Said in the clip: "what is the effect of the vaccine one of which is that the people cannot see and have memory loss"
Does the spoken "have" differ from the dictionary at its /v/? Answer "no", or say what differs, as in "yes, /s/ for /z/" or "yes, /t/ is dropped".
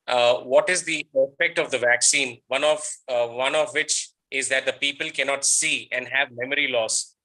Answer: no